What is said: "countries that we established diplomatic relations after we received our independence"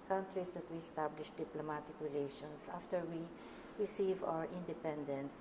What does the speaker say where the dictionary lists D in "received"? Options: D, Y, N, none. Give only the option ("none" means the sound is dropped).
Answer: none